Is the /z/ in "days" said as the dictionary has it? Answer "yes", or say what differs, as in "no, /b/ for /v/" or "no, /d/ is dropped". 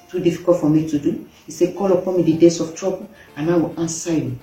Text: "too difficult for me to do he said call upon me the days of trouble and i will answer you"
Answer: no, /s/ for /z/